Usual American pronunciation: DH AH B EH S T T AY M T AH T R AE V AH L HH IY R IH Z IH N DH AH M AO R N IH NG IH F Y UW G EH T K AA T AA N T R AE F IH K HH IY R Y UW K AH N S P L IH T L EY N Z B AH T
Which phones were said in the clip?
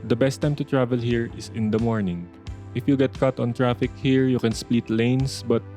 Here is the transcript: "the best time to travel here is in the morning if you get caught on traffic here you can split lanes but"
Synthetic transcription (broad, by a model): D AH B EH S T T AY M T AH T R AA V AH L HH IY R IH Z IH N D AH M AO R N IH NG IH F Y UW G EH T K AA T AA N T R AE F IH K HH IY R Y UW K AH N S P L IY T L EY N S B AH T